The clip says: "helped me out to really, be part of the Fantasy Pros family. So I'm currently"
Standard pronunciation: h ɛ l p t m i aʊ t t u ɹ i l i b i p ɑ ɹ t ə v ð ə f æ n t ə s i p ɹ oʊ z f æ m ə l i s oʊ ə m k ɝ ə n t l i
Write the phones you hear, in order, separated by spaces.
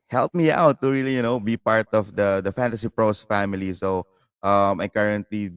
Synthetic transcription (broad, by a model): h ɛ l p m i aʊ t t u ɹ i l i b i p ɑ ɹ t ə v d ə f æ n t ə s i p ɹ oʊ s f æ m ə l i s oʊ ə m k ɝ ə n t l i